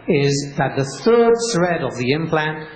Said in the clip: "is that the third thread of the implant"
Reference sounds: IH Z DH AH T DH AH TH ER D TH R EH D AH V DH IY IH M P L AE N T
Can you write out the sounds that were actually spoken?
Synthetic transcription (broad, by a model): IH Z DH AH T DH AH TH ER D S R EH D AH V DH IY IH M P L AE N T